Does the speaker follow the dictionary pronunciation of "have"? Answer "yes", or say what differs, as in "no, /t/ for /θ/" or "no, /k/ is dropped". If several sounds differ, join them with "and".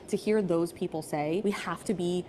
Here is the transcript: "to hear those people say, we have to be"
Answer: no, /f/ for /v/